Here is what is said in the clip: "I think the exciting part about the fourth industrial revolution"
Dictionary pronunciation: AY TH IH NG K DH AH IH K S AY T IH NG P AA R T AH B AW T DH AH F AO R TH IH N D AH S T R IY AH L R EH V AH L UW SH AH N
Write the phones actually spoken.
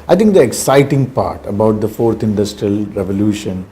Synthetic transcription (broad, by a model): AY T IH NG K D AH IH K S AY T IH NG P AA R T AH B AW T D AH F AO R T IH N D AH S T R IY AH L R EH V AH L UW SH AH N